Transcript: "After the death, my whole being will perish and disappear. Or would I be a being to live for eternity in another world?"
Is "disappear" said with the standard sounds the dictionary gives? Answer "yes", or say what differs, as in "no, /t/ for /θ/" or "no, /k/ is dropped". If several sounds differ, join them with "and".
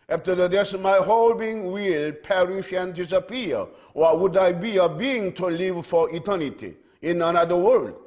no, /w/ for /ɹ/